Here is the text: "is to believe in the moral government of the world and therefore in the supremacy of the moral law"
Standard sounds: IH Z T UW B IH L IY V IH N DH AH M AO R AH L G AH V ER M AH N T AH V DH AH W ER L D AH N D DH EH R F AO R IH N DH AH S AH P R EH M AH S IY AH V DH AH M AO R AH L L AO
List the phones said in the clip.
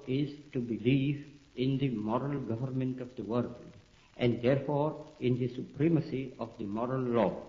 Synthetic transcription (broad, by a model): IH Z T UW B IH L IY V IH N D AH M AO R AH L G AH V ER M AH N T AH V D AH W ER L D AH N D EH R F AO R IH N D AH S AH P R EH M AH S IY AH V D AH M AO R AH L L AO